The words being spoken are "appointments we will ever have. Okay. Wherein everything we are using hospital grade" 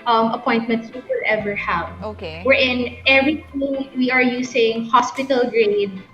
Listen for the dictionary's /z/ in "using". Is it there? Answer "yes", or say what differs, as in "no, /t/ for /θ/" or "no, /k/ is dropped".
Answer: no, /s/ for /z/